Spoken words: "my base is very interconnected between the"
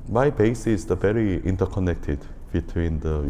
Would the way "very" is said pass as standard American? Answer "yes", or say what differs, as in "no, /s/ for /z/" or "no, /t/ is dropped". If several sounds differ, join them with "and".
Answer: yes